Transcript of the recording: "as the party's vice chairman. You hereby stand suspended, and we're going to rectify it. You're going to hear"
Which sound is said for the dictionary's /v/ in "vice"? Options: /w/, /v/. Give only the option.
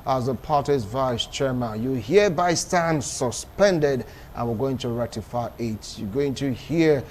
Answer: /v/